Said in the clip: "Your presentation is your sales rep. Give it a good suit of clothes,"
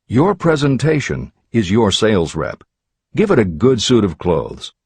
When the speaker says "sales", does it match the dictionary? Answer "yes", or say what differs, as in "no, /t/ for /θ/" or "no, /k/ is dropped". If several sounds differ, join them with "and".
yes